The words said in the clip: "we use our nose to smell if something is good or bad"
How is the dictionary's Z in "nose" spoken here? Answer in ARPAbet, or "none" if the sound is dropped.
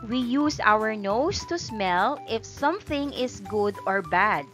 S